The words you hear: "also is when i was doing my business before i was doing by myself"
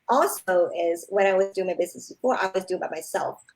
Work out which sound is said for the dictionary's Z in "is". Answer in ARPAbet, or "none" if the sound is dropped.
Z